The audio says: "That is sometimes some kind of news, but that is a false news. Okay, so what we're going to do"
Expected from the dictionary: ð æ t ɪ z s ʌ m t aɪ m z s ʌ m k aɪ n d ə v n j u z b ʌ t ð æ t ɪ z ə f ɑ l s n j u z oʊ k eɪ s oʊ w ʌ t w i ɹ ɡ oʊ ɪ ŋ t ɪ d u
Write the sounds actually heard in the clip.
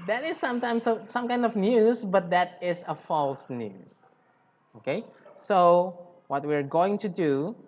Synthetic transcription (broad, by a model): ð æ t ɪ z s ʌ m t aɪ m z s ʌ m k aɪ n d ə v n j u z b ʌ t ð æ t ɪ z ə f ɑ l s n j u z oʊ k eɪ s oʊ w ʌ t w i ɹ ɡ oʊ ɪ ŋ t ɪ d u